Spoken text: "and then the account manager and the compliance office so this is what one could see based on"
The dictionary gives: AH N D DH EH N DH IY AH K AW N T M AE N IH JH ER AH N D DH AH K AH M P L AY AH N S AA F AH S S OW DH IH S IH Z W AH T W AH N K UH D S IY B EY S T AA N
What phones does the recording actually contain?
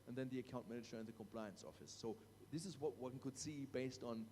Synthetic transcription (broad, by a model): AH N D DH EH N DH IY AH K AW N T M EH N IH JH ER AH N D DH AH K AH M P L AY AH N S AA F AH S S OW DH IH S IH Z W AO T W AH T K UH D S IY B EY S T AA N